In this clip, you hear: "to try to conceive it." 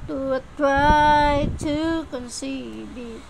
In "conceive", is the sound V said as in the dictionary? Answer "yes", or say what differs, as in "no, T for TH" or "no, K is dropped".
no, B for V